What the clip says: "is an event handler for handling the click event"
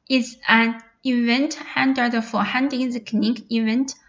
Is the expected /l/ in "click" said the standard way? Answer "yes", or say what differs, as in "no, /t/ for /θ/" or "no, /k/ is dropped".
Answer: no, /n/ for /l/